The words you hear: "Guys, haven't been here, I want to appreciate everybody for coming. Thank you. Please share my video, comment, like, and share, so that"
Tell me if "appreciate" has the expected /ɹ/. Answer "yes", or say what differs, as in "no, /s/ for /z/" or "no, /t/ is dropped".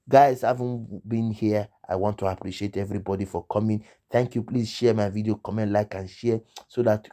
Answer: yes